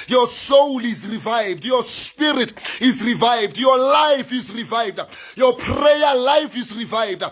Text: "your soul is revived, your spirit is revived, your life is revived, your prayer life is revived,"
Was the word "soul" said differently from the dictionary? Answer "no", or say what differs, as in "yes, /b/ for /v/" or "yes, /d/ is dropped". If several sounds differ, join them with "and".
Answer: no